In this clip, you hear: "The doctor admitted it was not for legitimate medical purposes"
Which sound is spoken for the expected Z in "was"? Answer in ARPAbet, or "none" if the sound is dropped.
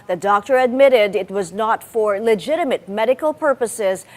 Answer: Z